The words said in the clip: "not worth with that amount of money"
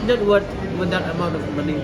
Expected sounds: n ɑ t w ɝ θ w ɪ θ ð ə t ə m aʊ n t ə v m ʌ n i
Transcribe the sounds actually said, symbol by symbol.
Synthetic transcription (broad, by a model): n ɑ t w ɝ t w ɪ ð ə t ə m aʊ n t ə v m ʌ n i